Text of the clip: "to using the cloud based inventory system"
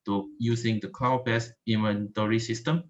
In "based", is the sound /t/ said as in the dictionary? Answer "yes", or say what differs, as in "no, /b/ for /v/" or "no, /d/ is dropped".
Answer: no, /t/ is dropped